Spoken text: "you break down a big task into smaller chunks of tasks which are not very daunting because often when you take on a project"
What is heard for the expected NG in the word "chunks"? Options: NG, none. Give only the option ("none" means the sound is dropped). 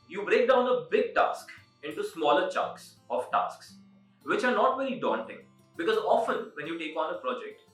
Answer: none